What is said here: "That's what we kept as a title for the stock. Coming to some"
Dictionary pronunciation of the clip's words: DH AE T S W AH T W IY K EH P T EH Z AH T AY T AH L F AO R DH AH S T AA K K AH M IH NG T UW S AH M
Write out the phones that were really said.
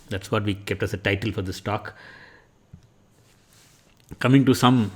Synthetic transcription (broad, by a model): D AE T S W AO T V IY K EH P T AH S AH T AY T AH L F AO R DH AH S T AA K K AH M IH NG T UW S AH M